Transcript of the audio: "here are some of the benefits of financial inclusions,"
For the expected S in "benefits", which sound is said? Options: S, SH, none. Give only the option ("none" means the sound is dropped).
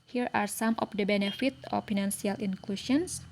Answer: none